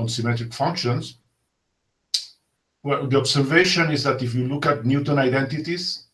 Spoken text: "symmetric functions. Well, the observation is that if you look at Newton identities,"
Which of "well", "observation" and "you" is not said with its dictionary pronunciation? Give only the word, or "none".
observation